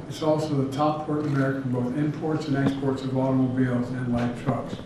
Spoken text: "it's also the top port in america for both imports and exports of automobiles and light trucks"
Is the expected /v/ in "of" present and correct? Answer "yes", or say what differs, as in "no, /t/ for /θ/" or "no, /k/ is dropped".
yes